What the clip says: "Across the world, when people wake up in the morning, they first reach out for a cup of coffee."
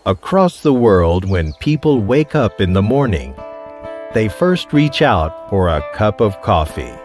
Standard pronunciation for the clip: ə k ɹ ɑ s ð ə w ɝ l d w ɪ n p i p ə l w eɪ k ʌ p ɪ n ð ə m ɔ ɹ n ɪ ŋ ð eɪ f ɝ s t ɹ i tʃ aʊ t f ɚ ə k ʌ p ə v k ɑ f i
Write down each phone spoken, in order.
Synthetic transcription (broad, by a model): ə k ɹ ɑ s ð ə w ɝ l d w ɪ n p i p l w eɪ k ʌ p ɪ n ð ə m ɔ ɹ n ɪ ŋ ð eɪ f ɝ s t ɹ i tʃ aʊ t f ɚ ə k ʌ p ə v k ɑ f i